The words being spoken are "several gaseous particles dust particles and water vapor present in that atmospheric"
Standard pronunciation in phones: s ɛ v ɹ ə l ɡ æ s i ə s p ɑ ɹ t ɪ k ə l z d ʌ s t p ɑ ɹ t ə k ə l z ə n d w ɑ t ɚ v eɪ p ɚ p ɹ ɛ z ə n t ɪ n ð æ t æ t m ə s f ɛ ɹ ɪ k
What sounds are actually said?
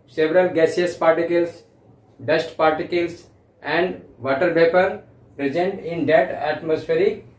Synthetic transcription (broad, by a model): s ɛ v ɹ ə l ɡ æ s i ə s p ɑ ɹ t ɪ k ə l s d ʌ s t p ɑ ɹ t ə k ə l s ə n d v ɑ t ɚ p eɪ p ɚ p ɹ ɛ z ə n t ɪ n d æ t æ t m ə s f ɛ ɹ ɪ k